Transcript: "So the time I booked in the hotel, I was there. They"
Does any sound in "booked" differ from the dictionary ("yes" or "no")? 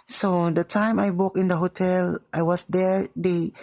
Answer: yes